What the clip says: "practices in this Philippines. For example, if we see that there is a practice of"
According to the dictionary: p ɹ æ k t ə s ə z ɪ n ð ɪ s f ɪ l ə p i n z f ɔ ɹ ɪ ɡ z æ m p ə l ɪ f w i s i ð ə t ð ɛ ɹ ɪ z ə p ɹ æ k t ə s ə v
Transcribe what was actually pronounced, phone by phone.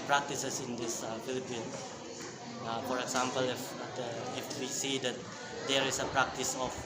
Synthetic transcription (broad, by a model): p ɹ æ k t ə s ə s ɪ n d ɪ s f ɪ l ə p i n f ɔ ɹ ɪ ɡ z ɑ m p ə l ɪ f w i s i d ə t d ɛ ɹ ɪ s ə p ɹ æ k t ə s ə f